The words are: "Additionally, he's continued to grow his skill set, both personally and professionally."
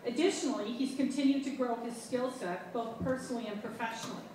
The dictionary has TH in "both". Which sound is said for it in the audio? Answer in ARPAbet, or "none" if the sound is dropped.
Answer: TH